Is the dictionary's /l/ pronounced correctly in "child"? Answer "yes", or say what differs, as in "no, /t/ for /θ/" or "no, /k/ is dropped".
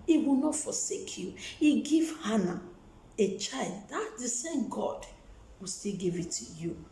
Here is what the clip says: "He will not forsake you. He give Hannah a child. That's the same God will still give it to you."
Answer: yes